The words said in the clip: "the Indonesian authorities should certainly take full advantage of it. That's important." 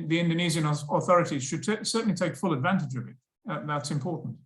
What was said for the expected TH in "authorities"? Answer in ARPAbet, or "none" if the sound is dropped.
TH